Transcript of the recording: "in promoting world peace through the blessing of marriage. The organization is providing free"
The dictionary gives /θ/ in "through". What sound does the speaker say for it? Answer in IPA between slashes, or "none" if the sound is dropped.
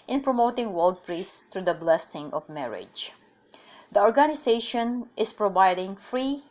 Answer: /t/